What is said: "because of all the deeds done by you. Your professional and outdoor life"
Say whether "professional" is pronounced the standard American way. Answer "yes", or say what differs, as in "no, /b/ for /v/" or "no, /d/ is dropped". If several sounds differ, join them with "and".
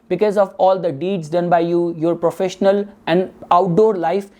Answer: yes